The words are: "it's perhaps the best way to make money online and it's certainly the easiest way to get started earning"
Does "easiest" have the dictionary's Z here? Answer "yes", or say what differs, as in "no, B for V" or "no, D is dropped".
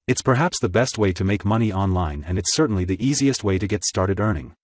yes